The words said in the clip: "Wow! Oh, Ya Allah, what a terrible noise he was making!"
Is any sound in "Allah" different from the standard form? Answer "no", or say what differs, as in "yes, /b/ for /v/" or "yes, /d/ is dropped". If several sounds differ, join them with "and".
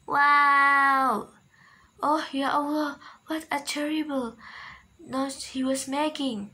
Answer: yes, /w/ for /l/